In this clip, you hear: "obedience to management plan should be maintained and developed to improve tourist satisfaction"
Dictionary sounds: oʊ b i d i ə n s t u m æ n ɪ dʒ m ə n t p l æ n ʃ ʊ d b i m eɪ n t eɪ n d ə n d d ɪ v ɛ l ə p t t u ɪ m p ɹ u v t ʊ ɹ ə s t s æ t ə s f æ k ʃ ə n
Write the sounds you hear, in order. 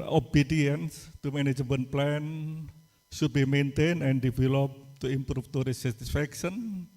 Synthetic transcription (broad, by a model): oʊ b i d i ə n s t u m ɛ n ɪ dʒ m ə n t p l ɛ n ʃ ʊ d b i m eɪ n t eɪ n ə n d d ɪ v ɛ l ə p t t u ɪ m p ɹ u f t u ɹ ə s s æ t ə s f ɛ k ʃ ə n